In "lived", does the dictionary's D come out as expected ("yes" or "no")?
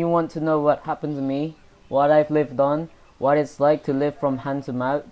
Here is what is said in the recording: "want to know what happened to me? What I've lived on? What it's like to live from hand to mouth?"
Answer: yes